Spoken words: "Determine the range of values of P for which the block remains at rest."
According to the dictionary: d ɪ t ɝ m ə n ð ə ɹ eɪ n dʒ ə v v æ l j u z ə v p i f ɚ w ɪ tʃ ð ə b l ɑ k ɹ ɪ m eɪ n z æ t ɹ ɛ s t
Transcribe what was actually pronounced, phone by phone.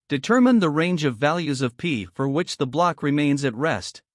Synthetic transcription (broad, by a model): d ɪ t ɝ m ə n ð ə ɹ eɪ n dʒ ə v v æ l j u z ə v p i f ɚ w ɪ tʃ ð ə b l ɑ k ɹ ɪ m eɪ n z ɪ t ɹ ɛ s t